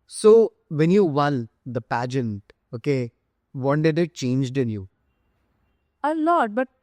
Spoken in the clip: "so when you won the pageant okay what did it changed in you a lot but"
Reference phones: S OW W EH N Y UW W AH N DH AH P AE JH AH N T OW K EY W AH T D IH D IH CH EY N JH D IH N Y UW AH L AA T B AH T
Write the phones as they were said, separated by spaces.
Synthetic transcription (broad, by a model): S OW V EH N Y UW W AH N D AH P AE JH AH N T OW K EY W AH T D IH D IH CH EY N JH D IH N Y UW AH L AA T B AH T